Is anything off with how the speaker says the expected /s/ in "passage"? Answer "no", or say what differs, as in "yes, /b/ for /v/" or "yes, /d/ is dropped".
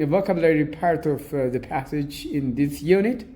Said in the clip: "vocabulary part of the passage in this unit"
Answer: no